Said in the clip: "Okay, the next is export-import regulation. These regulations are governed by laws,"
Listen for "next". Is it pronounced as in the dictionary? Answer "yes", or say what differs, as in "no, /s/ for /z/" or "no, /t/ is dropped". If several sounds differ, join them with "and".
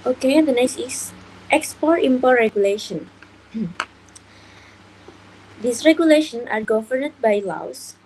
no, /k/ is dropped